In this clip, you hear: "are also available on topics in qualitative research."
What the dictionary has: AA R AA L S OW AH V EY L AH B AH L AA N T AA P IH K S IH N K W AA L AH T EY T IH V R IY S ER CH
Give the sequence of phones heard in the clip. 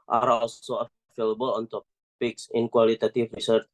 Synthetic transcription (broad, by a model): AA R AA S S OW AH F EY L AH B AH L AA N T AA P IH K S IH N K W AA L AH T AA T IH F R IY S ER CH